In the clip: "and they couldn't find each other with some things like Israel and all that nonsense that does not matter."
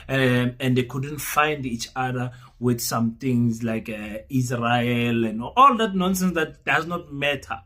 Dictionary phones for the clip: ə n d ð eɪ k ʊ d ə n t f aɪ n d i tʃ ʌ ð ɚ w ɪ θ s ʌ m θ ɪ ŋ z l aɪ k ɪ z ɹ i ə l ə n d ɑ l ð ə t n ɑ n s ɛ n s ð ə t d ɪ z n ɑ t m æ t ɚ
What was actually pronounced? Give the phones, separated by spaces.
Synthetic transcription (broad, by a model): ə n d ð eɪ k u d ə n t f aɪ n d i tʃ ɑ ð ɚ w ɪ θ s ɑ m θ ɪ ŋ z l aɪ k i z ɹ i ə l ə n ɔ ɑ l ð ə t n ɑ n s ɛ n s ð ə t d ɪ z n ɑ t m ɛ t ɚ